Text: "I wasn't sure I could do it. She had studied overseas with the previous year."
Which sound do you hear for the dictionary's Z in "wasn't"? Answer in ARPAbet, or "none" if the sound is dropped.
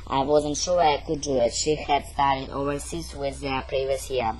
Z